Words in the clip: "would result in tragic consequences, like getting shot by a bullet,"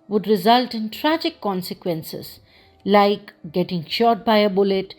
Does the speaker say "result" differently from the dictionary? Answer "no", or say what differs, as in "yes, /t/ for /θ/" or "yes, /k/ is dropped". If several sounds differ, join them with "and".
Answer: no